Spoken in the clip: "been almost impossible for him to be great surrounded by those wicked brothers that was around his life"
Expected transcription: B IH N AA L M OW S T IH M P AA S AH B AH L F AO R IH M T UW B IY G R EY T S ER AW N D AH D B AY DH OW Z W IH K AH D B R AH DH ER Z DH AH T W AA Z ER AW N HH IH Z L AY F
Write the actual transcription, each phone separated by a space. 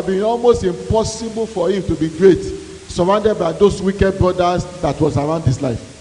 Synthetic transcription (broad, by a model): B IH N AA L M OW S T IH M P AA S AH B AH L F AO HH IH M T UW B IY G R EY T S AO AW N D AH D B AY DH OW S W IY K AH D B R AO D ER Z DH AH T W AA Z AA AW N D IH S L AY F